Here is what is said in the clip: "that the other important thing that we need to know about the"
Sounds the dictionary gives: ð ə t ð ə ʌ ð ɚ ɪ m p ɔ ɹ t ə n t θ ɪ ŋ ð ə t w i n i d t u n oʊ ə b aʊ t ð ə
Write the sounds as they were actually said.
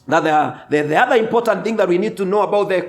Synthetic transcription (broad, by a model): ð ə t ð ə ʌ ð ɚ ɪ m p ɔ ɹ t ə n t θ ɪ ŋ ð ə t w i n i d t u n oʊ ə b aʊ t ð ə